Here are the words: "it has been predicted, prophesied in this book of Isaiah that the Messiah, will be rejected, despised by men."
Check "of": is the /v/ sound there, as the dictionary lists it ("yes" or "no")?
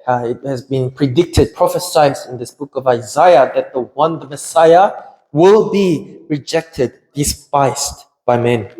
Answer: yes